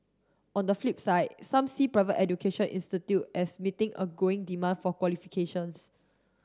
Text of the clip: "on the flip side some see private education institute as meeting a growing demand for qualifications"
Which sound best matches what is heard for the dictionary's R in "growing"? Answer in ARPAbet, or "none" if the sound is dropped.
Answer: none